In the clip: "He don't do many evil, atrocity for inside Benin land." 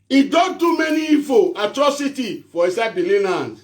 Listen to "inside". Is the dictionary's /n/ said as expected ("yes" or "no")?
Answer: no